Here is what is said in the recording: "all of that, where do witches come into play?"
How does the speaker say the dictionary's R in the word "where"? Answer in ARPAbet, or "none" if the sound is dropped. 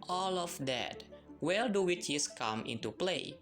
L